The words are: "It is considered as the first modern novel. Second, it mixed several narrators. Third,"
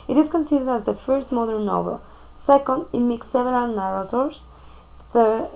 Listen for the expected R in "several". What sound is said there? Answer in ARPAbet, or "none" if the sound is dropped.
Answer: none